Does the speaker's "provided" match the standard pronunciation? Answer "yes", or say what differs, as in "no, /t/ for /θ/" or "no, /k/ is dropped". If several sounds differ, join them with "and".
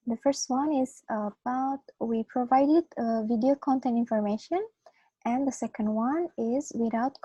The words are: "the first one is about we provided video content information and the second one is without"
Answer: yes